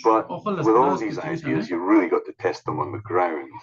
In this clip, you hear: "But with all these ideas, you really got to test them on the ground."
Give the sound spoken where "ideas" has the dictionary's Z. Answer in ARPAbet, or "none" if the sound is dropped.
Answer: Z